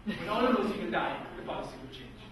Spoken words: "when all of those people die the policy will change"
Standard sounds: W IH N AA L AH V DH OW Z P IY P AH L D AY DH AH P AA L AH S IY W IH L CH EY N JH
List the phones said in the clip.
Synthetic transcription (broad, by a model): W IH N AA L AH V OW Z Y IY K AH N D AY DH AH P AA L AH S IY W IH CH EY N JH